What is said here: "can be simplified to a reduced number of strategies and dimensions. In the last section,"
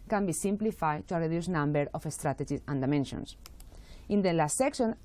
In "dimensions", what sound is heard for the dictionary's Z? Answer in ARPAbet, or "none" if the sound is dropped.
S